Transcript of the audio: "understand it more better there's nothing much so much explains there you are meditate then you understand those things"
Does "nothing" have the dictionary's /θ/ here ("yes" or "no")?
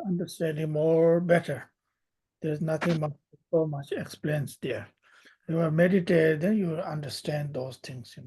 no